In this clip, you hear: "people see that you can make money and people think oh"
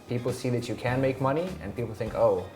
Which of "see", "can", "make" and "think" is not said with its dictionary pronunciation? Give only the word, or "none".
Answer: none